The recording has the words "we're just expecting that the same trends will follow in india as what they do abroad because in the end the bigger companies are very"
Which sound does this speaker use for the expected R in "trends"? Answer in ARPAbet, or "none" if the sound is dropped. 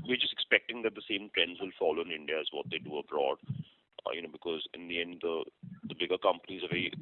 R